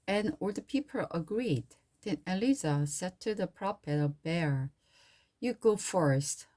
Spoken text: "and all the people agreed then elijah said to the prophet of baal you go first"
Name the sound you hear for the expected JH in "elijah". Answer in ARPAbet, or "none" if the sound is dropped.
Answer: Z